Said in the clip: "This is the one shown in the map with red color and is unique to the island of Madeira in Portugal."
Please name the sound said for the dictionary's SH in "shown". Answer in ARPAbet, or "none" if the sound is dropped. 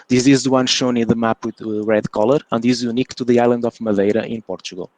SH